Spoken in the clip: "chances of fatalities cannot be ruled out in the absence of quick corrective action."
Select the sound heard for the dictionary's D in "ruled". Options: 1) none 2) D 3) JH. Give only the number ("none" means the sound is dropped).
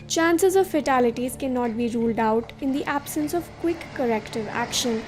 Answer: 2